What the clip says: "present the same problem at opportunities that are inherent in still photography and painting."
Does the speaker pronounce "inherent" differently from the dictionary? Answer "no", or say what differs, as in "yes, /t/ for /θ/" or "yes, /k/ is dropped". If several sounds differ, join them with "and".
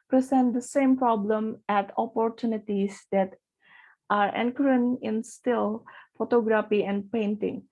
yes, /t/ is dropped